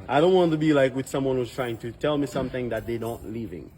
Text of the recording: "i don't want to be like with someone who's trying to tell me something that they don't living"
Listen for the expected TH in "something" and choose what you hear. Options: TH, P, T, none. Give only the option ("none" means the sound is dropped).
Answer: TH